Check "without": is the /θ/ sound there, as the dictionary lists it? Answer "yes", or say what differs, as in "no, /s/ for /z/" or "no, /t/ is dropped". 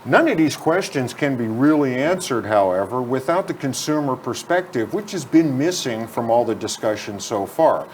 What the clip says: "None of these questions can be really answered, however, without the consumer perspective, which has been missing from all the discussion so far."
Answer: yes